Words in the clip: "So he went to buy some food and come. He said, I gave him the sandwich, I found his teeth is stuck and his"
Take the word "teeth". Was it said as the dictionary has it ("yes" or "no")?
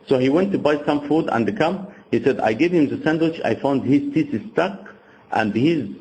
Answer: no